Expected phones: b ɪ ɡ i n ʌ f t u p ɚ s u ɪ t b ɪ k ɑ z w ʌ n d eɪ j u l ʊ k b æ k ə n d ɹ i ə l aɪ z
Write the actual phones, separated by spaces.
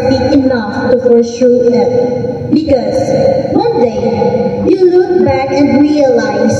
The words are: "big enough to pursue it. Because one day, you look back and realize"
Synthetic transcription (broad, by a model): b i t i n ʌ f t u f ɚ ʃ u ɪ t b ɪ k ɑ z w ʌ n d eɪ j u l ʊ k b æ k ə n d ɹ i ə l aɪ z